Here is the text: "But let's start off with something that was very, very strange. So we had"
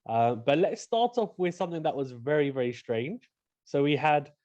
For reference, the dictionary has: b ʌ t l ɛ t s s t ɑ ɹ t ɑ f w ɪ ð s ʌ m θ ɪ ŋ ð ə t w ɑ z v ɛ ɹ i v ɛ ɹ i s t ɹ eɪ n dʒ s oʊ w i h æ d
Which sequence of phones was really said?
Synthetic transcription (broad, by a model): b ʌ t l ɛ t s s t ɑ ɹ t ɑ f w ɪ ð s ʌ m θ ɪ ŋ ð ə t w ɑ z v ɛ ɹ i v ɛ ɹ i s t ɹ eɪ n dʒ s oʊ w i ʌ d